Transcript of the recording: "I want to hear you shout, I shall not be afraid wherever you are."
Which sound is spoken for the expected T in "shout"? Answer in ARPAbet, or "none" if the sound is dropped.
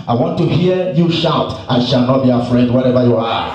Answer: T